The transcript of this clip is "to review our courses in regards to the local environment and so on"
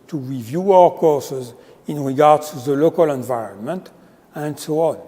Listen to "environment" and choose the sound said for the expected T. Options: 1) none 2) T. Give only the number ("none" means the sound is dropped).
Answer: 2